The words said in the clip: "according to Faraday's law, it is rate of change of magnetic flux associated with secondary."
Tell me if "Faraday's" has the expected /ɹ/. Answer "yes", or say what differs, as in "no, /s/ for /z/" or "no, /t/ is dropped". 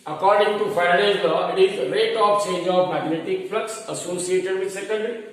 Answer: no, /ɹ/ is dropped